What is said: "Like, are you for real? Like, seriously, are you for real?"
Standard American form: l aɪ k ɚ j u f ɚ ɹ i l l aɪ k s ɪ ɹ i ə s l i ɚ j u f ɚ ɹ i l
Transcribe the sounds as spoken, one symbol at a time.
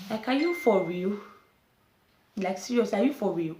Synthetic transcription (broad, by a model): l aɪ k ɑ j u f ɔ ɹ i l l aɪ k s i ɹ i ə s i j u f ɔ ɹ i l